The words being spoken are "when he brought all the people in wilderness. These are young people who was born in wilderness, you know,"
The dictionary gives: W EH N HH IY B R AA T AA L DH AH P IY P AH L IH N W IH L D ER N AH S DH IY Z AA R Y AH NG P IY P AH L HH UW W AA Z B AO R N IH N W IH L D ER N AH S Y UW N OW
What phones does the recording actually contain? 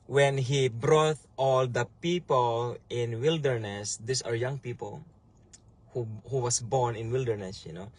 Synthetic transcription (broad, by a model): W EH N HH IY B R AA T AA L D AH P IY P AH L IH N W IH L D ER N AH S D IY S AA R Y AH NG P IY P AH L HH UW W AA S B AO R N IH N W IH L D ER N AH S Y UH N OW